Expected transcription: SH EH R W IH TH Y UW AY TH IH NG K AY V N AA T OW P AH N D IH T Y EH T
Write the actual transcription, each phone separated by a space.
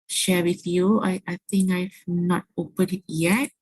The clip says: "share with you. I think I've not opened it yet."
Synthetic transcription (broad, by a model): SH EH W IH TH Y UW AY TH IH NG K AY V N AA T OW P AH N IH T Y EH T